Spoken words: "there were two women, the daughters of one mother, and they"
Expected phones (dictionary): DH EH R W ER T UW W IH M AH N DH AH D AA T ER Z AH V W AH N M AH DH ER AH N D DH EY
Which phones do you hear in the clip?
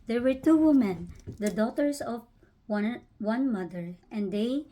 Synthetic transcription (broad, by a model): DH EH R W ER T UW W IH M AH N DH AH D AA T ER S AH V W AH N M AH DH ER AH N D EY